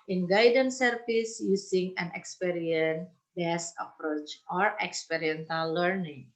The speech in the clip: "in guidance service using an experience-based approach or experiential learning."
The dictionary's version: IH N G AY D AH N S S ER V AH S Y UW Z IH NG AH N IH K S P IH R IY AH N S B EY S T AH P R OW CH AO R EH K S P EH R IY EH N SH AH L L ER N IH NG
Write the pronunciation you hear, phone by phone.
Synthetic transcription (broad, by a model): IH N G AY D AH N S S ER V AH S Y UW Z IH NG AH N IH K S P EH R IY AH N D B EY S AH P R OW CH AO R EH K S P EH R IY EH N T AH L L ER N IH NG